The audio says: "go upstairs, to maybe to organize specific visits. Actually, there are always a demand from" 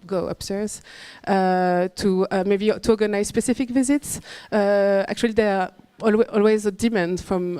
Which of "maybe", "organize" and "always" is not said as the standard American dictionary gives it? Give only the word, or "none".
none